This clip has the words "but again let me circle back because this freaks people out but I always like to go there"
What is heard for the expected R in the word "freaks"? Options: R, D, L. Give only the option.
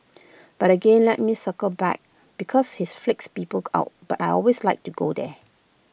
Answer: L